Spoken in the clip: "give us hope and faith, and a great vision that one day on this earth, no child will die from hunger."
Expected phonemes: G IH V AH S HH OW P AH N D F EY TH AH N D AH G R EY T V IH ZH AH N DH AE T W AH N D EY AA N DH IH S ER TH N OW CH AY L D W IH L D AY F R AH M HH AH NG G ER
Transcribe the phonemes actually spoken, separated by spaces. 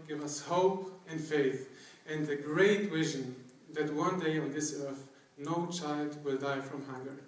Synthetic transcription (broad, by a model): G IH V AH S HH OW P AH N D F EY TH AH N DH AH G R EY T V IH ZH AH N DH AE T W AH N D EY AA N DH IH S ER TH N OW CH AY L D W IH L D AY F R AH M HH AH NG G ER